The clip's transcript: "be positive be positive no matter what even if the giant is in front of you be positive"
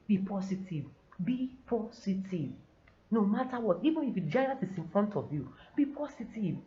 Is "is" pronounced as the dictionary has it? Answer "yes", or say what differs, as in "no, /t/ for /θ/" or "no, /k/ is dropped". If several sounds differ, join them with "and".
no, /s/ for /z/